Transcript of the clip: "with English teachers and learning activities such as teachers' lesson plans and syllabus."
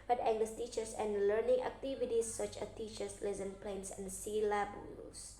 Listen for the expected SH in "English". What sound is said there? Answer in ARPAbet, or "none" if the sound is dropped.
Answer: S